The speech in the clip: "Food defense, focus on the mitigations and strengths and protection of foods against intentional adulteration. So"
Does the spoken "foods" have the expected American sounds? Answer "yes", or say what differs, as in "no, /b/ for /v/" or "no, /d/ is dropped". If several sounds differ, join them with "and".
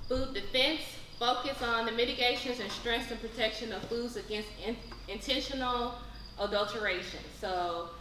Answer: yes